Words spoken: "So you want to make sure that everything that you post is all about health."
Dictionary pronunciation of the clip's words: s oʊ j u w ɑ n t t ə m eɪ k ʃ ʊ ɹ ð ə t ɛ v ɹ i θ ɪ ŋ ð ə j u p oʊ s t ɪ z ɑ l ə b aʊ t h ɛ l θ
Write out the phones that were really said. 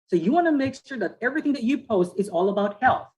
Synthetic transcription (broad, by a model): s oʊ j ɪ w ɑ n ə m eɪ k ʃ ʊ ɹ ð ə t ɛ v ɹ i θ ɪ ŋ ð ə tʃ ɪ p oʊ s t ɪ z ɑ l ə b aʊ t h ɛ l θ